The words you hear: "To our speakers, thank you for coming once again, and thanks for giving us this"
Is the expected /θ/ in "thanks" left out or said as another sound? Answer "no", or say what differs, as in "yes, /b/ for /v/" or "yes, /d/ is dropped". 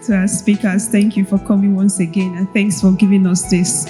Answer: no